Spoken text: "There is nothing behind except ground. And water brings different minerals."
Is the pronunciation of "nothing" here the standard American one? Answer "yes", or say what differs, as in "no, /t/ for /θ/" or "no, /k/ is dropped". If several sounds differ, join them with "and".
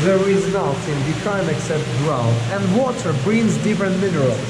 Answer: no, /t/ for /θ/